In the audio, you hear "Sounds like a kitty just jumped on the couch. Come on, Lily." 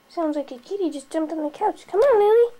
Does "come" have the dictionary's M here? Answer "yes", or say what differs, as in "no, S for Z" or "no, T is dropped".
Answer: yes